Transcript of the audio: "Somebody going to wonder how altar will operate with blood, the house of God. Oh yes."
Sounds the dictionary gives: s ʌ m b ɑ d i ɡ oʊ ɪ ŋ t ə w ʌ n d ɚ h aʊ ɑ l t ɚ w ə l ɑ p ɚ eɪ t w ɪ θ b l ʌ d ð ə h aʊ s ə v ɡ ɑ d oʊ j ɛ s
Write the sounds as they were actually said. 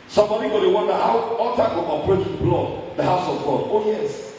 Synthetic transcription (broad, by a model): s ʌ m b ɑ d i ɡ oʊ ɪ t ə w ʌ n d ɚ h aʊ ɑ t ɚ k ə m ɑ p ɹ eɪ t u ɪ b l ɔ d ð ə h aʊ s ə v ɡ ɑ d oʊ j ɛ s